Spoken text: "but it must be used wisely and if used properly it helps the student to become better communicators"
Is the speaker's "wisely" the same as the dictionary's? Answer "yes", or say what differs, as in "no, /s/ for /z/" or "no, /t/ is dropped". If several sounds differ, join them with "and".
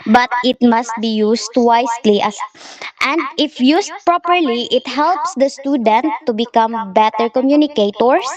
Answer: no, /s/ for /z/